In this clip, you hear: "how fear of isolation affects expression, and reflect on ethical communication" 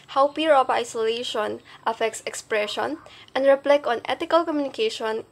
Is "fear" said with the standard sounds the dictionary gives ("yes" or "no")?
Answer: no